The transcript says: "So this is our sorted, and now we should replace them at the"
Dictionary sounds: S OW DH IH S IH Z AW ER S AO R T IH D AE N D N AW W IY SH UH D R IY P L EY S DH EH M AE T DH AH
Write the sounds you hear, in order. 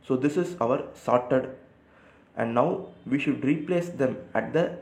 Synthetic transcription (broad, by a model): S OW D IH S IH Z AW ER S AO R T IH D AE N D N AW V IY SH UH D R IY P L EY S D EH M AE T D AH